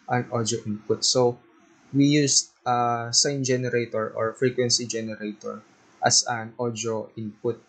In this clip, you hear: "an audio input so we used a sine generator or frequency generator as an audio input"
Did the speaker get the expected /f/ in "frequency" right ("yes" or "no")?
yes